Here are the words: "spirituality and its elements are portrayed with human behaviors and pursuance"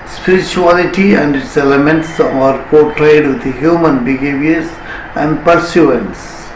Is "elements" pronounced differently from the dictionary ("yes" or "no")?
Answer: no